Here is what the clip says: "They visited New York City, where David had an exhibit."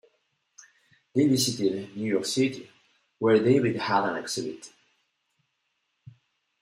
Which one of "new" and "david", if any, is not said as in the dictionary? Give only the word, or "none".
david